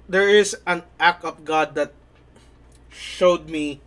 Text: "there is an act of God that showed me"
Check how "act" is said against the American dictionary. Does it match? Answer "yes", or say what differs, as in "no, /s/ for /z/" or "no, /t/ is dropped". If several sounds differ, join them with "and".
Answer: no, /t/ is dropped